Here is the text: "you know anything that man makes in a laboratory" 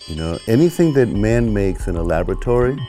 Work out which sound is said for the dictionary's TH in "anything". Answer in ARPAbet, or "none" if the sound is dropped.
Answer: TH